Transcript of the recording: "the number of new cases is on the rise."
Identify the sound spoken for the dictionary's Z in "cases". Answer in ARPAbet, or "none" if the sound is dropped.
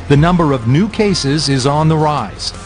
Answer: Z